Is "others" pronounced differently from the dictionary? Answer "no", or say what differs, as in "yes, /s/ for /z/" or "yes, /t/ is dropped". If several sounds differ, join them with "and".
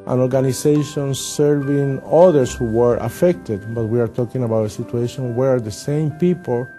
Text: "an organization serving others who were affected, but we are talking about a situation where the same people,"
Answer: yes, /s/ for /z/